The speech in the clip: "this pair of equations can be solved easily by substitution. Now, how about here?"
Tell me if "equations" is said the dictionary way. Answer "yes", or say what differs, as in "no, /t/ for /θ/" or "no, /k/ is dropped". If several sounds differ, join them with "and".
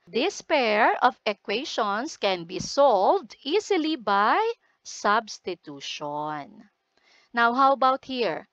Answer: no, /ʃ/ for /ʒ/ and /s/ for /z/